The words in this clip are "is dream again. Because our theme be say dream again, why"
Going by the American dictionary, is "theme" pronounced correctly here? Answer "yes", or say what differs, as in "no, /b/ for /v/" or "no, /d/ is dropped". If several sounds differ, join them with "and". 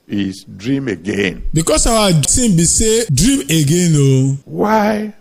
no, /s/ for /θ/